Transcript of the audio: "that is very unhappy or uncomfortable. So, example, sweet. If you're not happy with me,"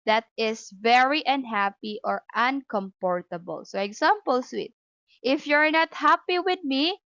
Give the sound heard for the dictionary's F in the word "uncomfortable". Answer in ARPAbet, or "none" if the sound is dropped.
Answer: P